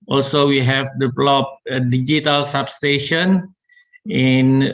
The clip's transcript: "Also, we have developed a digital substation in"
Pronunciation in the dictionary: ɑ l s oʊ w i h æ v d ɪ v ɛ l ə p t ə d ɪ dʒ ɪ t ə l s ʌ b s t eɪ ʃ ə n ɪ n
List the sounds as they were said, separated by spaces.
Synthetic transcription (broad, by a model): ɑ l s oʊ w i h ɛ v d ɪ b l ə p ə d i dʒ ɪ t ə l s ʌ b s t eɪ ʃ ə n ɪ n